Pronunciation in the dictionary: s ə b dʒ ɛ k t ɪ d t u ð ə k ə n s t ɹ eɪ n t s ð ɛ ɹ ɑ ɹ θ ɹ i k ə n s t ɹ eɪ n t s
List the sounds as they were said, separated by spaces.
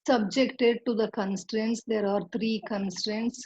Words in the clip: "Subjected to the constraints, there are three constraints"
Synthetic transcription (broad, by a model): s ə b dʒ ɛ k t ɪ d t u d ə k ə n s t ɹ eɪ n t s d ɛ ɹ ɑ ɹ t ɹ i k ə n s t ɹ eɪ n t s